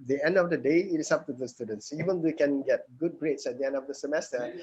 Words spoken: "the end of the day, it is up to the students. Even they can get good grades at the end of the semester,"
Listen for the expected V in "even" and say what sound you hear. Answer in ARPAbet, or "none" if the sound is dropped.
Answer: V